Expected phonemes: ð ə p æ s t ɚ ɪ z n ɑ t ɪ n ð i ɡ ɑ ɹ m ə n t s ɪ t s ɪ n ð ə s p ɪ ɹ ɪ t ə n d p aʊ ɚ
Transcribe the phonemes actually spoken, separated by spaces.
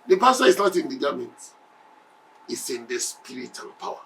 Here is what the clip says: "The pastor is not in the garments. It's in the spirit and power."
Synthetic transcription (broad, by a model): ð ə p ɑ s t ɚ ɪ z n ɑ t ɪ n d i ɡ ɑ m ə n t ɪ t s ɪ n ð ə s p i ɹ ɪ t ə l p aʊ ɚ